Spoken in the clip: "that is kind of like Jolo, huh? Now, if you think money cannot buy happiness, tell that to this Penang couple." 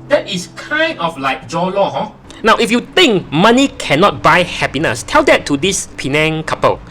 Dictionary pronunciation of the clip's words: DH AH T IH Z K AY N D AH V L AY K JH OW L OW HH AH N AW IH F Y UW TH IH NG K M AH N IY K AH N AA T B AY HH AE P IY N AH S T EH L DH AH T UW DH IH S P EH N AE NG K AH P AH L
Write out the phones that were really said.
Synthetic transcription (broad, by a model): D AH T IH S K AY N D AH F L AY K JH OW L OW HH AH N AW IH F Y UW T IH NG K M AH N IY K AH N AA T B AY HH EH P IY N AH S T EH L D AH T UW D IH S P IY N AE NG K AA P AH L